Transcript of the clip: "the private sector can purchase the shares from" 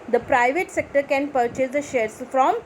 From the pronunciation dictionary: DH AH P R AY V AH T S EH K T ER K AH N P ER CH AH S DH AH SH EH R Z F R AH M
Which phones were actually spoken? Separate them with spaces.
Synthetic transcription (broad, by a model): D AH P R AY V AH T S EH K T ER K AH N P ER CH AH S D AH SH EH R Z F R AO M